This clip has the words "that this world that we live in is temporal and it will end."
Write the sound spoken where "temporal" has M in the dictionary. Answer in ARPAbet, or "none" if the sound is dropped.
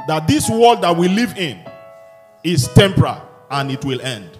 M